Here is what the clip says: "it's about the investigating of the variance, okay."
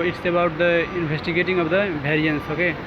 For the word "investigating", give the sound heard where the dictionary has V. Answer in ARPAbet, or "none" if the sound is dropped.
B